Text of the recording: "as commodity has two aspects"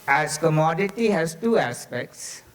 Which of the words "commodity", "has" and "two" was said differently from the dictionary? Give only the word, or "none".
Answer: has